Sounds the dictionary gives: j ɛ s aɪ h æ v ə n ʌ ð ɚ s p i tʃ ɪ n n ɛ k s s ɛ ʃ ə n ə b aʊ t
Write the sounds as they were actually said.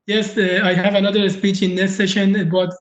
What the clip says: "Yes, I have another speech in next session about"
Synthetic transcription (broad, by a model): j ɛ s aɪ h æ v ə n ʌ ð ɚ s p i tʃ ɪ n n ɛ s s ɛ ʃ ə n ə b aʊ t